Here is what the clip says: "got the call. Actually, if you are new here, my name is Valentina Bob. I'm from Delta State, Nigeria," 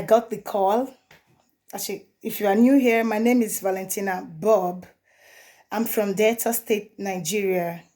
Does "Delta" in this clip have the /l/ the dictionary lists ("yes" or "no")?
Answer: no